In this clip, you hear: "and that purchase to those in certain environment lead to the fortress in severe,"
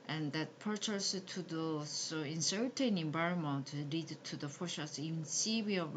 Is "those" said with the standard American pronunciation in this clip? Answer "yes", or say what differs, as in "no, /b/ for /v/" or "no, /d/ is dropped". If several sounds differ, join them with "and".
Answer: no, /s/ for /z/